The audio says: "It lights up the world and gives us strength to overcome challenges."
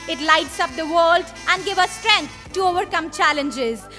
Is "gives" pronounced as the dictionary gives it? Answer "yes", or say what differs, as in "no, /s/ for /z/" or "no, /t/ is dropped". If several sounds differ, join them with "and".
no, /z/ is dropped